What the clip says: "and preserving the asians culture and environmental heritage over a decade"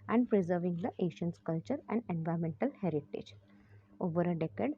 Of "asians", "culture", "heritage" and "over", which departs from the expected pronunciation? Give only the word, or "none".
asians